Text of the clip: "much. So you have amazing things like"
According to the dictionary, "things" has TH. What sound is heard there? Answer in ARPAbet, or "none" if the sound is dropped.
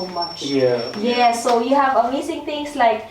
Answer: T